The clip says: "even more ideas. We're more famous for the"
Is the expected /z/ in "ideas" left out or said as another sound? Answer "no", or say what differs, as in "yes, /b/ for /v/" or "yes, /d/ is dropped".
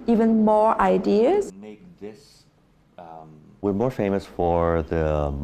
yes, /s/ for /z/